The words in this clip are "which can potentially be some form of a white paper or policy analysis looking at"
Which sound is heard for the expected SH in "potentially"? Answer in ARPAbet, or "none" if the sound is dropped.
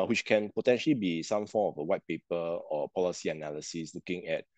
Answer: SH